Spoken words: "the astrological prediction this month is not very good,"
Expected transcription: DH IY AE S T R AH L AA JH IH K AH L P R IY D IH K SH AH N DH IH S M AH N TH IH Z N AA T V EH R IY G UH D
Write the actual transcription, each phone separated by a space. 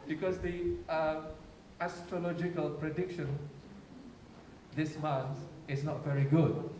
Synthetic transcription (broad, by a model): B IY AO S T R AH L AA JH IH K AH L P R IY D IH K SH AH N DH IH S M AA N S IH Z N AA T V EH R IY G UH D